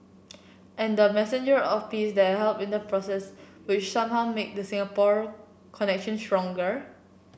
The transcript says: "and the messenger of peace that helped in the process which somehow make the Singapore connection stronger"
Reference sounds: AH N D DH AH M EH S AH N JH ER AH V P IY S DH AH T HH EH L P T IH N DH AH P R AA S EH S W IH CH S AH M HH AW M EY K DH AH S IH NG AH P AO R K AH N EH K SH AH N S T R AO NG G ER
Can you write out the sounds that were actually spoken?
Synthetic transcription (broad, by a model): AH N D AH M EH S AH N JH ER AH F P IY S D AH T HH EH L P IH N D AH P R AA S EH S W IH CH S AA M HH AW M EY K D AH S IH NG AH P AO R K AH N EH K SH AH N S T R AO NG G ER